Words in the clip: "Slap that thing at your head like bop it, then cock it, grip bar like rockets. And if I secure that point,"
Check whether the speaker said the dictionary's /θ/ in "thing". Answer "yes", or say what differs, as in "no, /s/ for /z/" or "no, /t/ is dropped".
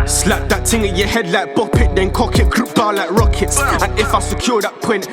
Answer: no, /t/ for /θ/